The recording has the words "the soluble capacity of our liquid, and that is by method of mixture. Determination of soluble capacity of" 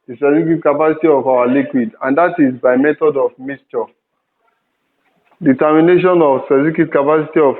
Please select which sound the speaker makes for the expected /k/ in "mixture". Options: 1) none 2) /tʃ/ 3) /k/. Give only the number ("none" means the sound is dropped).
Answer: 1